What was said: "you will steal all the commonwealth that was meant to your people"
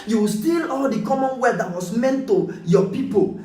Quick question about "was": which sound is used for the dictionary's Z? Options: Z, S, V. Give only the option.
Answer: S